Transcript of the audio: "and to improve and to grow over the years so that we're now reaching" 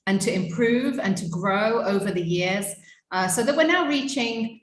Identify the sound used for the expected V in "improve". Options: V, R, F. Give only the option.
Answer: V